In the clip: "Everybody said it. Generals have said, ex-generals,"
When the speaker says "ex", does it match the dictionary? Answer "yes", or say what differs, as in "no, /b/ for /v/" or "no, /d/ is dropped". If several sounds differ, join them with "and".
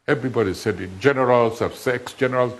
yes